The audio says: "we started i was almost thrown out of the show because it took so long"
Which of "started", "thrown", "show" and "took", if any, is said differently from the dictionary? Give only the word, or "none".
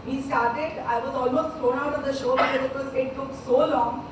thrown